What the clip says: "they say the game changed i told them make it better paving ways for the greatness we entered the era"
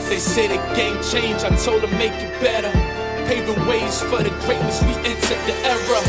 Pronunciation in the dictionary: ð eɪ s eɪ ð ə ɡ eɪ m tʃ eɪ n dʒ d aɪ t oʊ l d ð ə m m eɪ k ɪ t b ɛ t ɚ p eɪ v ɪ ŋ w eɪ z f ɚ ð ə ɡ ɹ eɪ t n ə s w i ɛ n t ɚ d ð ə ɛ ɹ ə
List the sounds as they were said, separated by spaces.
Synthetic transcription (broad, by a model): ð eɪ s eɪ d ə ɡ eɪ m tʃ eɪ n dʒ aɪ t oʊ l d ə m m eɪ k ɪ t b ɛ t ɚ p eɪ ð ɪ w eɪ z f ɚ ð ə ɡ ɹ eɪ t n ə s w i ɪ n s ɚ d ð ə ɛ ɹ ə